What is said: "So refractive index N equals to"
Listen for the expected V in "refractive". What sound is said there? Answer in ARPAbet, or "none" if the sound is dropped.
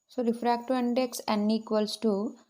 none